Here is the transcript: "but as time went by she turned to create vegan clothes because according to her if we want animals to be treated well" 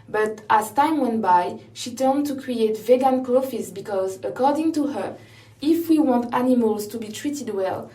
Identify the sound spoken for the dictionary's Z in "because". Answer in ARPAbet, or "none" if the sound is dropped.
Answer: Z